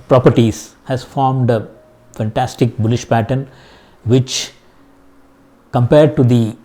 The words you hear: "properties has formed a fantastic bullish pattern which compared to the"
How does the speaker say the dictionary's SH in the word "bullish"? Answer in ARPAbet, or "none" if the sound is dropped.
SH